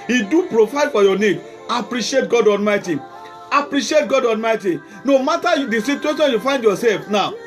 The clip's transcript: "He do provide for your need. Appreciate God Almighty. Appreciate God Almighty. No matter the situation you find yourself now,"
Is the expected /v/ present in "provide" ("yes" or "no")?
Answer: no